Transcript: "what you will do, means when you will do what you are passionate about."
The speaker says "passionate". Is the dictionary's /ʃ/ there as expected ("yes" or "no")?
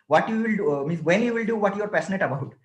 no